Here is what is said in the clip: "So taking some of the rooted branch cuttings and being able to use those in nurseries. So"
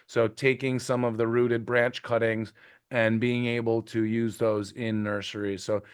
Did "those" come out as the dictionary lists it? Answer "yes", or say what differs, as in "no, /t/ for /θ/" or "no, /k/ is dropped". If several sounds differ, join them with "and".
yes